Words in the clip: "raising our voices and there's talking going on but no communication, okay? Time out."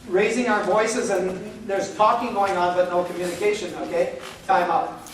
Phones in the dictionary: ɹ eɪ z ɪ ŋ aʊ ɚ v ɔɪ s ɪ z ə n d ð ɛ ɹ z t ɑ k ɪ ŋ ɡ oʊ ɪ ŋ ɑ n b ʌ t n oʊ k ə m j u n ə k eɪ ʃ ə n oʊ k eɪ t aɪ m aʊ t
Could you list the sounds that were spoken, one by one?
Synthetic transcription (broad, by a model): ɹ eɪ z ɪ ŋ aʊ ɚ v ɔɪ s ɪ z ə n ð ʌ ɹ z t ɑ k ɪ ŋ ɡ oʊ ɪ ŋ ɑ n b ʌ t n oʊ k ə m j u n ə k eɪ ʃ ə n oʊ k eɪ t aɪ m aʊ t